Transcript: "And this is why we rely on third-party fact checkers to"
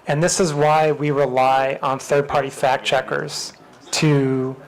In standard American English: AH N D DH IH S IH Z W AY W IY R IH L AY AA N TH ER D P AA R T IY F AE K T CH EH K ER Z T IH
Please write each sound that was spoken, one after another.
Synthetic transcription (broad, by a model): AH N DH IH S IH Z W AY W IY R IH L AY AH N TH ER D P AA R T IY F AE K CH EH K ER Z T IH